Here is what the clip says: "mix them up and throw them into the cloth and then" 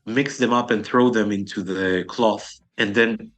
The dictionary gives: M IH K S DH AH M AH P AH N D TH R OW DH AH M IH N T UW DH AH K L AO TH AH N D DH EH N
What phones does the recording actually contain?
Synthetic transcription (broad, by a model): M IH K S DH AH M AH P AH N TH R OW DH AH M IH N T UW DH AH K L AO TH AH N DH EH N